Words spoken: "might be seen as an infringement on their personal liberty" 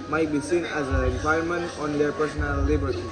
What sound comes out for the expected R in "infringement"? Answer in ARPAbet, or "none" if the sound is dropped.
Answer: none